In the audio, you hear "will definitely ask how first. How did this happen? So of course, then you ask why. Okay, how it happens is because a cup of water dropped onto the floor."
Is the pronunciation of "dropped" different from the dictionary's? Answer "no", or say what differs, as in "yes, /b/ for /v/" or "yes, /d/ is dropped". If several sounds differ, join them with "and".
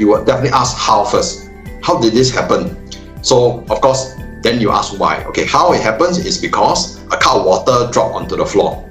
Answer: yes, /t/ is dropped